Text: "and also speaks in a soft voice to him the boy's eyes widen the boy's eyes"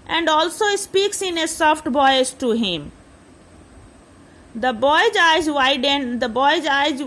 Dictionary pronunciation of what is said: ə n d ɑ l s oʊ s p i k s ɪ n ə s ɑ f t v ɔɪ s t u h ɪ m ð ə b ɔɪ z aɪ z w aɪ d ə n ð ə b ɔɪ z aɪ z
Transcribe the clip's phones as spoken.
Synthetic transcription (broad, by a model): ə n d ɑ l s oʊ s p i k s ɪ n ə s ɑ f t b ɔɪ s t u h ɪ m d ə b ɔɪ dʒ aɪ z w aɪ d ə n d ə b ɔɪ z aɪ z